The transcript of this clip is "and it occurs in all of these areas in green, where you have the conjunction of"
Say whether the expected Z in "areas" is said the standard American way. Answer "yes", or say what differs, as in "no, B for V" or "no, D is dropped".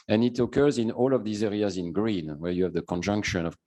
yes